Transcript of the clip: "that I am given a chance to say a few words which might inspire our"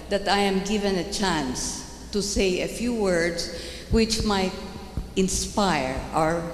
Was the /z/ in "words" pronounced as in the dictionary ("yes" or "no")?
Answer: no